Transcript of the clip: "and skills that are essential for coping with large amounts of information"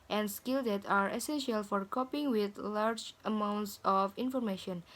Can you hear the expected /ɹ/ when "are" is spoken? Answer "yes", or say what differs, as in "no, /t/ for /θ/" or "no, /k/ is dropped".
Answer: yes